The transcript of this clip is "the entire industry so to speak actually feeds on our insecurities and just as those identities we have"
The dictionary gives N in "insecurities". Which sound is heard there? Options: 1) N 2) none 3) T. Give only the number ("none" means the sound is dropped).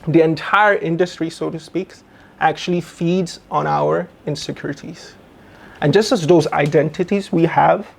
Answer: 1